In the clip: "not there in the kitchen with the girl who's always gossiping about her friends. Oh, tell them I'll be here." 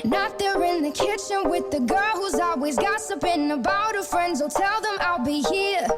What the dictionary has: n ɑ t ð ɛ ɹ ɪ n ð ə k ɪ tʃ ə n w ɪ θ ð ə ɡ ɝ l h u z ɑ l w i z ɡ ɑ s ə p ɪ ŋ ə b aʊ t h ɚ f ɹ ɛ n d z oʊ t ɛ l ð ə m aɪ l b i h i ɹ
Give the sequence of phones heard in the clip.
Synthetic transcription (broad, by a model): n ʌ t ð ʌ ɹ ɪ n ð ə k ɪ tʃ ə n w ɪ ð ə ɡ ɝ l h u z ɑ l w i z ɡ ɑ s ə p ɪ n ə b aʊ t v f ɹ ɛ n d z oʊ t ɛ l ð ə m aɪ l b i h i ɹ